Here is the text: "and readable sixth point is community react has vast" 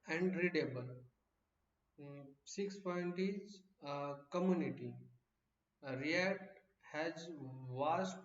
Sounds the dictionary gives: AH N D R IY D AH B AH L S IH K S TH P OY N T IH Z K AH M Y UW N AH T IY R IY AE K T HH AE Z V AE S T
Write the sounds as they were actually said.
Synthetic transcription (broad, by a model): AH N D R IY D AH B AH L S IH K S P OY N T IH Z K AH M Y UW N AH T IY R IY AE T HH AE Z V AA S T